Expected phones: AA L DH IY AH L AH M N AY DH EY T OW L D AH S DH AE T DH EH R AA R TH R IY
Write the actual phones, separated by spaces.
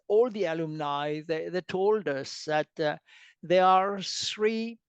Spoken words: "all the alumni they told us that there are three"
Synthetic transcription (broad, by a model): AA L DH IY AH L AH M N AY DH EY T OW L D AH S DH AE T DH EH AA R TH R IY